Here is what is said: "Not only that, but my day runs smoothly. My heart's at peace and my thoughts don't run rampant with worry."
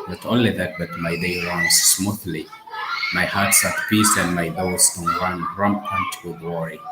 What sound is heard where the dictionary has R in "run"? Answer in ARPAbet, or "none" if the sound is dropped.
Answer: W